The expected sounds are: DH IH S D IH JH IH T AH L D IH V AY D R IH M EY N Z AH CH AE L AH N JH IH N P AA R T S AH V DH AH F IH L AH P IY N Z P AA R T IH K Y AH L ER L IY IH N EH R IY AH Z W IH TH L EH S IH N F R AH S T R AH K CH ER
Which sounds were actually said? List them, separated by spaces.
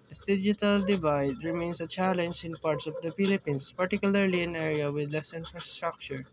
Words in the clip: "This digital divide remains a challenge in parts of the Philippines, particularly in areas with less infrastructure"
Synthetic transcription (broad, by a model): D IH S D IH JH IH T AH L D IH V AY D R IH M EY N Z AH CH AE L AH N JH IH N P AA R T S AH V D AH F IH L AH P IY N S P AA R T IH K Y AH L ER L IY IH N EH R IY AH W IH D L EH S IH N F R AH S T R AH K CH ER